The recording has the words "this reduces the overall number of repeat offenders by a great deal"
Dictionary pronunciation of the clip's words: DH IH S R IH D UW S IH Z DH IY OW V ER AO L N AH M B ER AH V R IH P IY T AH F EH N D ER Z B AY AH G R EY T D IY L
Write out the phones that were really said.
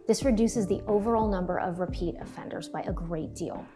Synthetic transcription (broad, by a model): DH IH S R IH D UW S IH Z DH IY OW V ER AO L N AH M B ER AH V R IH P IY T AH F EH N D ER Z B AY AH G R EY T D IY L